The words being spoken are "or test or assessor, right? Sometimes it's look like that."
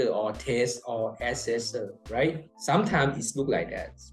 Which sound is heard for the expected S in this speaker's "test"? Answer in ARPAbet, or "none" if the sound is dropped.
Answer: S